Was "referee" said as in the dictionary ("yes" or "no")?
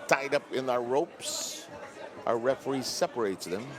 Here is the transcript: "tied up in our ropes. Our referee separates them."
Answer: yes